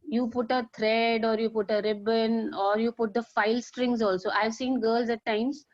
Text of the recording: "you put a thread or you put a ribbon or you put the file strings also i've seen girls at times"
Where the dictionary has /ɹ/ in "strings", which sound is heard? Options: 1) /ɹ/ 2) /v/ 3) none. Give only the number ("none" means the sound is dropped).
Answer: 1